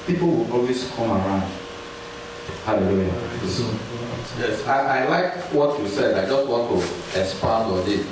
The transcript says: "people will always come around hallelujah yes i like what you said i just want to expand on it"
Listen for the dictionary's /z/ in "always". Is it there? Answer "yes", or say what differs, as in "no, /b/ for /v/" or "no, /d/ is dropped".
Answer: no, /s/ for /z/